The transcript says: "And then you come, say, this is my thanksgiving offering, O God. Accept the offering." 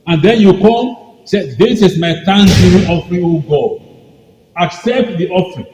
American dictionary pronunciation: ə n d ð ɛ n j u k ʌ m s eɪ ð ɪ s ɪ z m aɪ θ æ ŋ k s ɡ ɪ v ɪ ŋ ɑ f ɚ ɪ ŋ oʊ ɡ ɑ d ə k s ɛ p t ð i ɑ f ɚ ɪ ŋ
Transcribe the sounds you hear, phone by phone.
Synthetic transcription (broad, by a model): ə n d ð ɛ n j u k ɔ m s eɪ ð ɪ s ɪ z m aɪ t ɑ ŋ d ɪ ɪ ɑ f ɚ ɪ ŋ oʊ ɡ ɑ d ə k s ɛ p t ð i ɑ f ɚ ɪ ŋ